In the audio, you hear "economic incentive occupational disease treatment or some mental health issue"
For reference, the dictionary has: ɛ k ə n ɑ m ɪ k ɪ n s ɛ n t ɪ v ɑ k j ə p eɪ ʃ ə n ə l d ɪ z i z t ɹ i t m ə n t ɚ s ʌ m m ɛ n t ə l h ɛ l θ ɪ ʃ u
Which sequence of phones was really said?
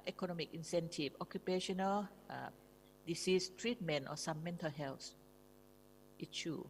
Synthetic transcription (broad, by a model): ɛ k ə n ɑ m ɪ k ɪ n s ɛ n t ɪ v ɑ k j ə p eɪ ʃ ə n ə l d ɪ s i s t ɹ i t m ə n t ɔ s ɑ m m ɛ n t ə l h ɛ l s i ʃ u